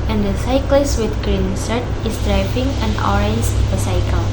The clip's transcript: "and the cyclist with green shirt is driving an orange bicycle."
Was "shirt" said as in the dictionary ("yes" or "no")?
no